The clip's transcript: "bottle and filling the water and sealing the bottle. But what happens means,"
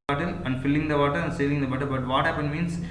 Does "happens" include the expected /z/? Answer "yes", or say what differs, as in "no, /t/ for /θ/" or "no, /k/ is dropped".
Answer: no, /z/ is dropped